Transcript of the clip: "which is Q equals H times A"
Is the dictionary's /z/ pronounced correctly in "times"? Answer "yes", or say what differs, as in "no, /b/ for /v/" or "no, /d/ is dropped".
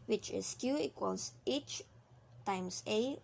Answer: no, /s/ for /z/